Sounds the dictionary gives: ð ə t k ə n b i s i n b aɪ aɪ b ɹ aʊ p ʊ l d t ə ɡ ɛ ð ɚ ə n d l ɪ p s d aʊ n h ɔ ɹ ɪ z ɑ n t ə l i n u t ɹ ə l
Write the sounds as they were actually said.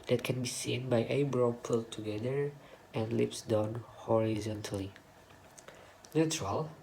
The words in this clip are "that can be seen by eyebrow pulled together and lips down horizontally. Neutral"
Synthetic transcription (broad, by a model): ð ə t k ə n b i s i n b aɪ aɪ b ɹ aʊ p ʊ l t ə ɡ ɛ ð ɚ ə n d l ɪ p s d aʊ n h ɔ ɹ ɪ z ɑ n t ə l i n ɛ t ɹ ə l